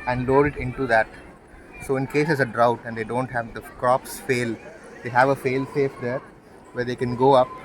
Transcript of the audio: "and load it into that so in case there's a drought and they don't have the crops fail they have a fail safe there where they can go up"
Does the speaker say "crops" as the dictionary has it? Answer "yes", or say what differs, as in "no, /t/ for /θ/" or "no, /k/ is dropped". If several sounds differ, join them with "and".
yes